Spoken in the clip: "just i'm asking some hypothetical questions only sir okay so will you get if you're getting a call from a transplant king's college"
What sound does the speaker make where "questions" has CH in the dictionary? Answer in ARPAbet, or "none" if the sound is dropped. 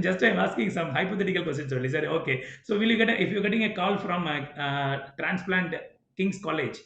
none